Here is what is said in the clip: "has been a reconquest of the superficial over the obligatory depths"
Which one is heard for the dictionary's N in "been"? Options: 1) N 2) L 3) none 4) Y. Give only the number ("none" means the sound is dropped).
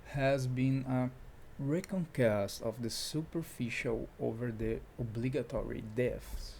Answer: 1